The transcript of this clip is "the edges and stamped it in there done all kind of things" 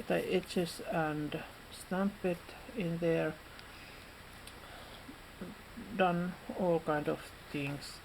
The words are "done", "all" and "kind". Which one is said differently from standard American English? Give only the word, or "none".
none